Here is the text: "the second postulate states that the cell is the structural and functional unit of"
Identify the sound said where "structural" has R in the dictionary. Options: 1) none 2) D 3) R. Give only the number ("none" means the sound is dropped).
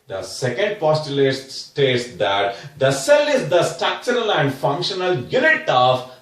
1